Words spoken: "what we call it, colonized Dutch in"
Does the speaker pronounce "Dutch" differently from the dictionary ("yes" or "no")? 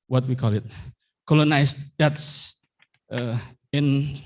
yes